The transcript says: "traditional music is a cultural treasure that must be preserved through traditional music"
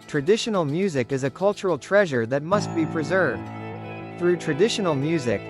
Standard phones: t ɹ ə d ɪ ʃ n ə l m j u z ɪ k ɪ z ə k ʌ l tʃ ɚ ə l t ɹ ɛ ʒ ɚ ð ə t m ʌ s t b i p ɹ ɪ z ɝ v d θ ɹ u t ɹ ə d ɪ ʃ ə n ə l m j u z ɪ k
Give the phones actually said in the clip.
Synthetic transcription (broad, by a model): t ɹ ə d ɪ ʃ n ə l m j u z ɪ k ɪ z ə k ʌ l tʃ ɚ l t ɹ ɛ ʒ ɚ ð ə t m ʌ s t b i p ɹ ɪ z ɝ v d θ ɹ u t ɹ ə d ɪ ʃ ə n l m j u z ɪ k